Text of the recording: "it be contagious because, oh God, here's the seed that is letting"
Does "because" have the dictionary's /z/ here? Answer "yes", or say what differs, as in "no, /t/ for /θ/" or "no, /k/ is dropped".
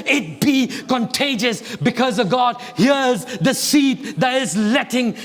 yes